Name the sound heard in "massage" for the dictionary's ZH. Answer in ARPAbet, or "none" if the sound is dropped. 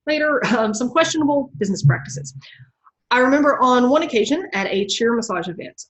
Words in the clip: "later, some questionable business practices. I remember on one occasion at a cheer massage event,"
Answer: ZH